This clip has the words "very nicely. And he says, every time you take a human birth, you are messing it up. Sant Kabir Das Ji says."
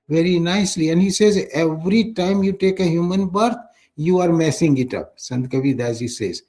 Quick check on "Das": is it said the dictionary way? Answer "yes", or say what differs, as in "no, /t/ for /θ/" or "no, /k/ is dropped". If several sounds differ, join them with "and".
no, /s/ is dropped